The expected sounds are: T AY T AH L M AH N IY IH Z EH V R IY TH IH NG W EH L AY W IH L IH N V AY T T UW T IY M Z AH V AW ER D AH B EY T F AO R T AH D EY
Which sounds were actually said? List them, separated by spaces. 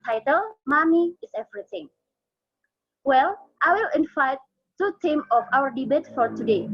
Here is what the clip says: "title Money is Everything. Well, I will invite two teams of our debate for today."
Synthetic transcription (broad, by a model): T AY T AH L M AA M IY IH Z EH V R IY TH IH NG W EH L AY W IH L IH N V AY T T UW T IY M AH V AW ER D AH B EY T F AO R T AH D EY